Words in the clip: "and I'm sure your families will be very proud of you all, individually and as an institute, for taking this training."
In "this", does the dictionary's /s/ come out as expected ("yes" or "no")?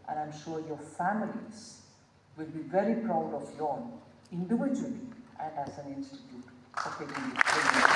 no